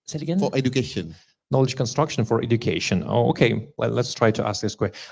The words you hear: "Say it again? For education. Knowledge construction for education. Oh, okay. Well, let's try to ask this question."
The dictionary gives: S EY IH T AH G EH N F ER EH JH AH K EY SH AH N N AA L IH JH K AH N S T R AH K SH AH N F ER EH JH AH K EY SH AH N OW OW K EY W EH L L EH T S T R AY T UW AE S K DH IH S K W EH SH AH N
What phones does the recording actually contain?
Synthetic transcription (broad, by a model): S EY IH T AH G EH N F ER EH JH AH K EY SH AH N N AA L IH JH K AH N S T R AH K SH AH N F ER EH JH AH K EY SH AH N OW OW K EY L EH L L EH T S T R AY T UW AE S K DH IH S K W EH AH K